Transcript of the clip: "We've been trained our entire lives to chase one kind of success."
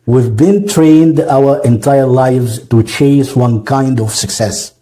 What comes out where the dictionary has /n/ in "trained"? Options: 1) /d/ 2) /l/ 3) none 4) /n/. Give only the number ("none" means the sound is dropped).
4